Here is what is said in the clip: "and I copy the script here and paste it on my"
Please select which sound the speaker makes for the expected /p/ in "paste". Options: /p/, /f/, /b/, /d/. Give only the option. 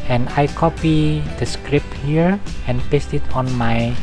/p/